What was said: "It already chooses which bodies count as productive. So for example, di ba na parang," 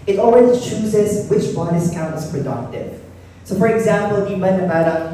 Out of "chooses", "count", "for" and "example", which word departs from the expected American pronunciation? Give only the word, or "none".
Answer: none